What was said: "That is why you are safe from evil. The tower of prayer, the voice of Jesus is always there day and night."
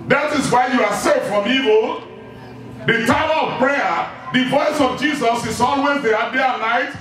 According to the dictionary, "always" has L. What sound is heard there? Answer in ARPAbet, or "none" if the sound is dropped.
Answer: N